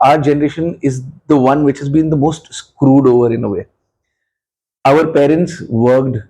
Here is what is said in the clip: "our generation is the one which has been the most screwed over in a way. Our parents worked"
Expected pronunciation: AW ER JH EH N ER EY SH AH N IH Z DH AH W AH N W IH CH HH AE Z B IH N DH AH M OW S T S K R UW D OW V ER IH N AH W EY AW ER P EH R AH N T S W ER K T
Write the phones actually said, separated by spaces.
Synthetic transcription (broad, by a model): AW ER JH EH N ER EY SH AH N IH Z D AH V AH N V IH CH HH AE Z B IH N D AH M OW S T S K R UW D OW V ER IH N AH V EY AW ER P EH R AH N T S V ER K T